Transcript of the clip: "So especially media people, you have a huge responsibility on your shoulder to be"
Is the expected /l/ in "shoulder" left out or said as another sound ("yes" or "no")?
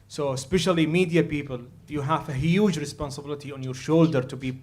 no